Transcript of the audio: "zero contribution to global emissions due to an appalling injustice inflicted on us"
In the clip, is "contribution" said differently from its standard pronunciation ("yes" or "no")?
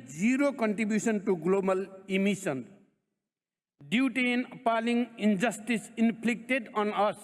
yes